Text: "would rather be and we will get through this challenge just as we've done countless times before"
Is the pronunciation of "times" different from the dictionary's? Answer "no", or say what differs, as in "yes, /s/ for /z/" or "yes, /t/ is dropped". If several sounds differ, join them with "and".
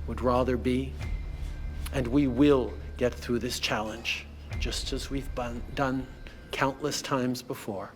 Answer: no